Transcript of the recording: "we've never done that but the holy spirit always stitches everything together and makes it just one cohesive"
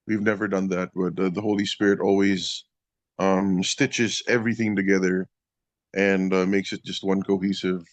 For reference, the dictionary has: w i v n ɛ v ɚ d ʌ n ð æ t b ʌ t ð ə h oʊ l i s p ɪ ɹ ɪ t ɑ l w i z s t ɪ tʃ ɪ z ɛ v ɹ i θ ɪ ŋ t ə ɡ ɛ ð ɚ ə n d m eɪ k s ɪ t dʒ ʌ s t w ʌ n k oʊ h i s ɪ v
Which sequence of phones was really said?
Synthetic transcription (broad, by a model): w i v n ɛ v ɚ d ʌ n ð æ t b ʌ t ð ə h oʊ l i s p ɪ ɹ ɪ t ɑ l w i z s t ɪ tʃ ɪ z ɛ v ɹ i θ ɪ ŋ t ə ɡ ɛ ð ɚ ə n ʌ m eɪ k s ɪ t dʒ ʌ s t w ʌ n k oʊ h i s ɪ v